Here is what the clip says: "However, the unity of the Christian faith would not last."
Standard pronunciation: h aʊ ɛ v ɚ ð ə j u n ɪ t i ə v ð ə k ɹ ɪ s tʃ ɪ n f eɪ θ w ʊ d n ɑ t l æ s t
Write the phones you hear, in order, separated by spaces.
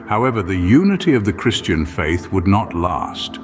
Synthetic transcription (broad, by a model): h aʊ ɛ v ɚ ð ə j u n ɪ t i ə v ð ə k ɹ ɪ s tʃ ɪ n f eɪ θ w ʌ d n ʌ t l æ s t